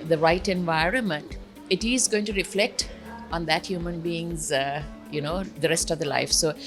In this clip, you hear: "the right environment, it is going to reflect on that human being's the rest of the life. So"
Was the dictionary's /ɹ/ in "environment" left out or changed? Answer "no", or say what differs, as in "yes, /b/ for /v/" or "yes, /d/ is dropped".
no